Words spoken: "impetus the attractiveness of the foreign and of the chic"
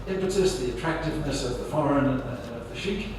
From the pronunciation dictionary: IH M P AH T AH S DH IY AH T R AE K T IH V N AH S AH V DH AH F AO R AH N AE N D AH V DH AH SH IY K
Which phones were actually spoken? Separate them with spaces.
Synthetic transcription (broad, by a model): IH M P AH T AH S DH IY AH T R AE K T IH V N AH S AH V DH AH F AO R AH N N AH V DH AH SH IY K